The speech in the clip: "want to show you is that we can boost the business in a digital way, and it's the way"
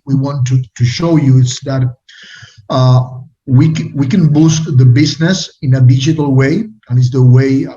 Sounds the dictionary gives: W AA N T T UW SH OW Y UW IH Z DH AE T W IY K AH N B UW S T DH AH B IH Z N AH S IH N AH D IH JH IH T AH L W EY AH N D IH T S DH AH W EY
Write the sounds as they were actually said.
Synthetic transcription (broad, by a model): W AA N T T UW SH OW Y UW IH S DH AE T W IY K AH N B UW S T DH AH B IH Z N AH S IH N AH D IH JH IH T AH L W EY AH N IH T S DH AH W EY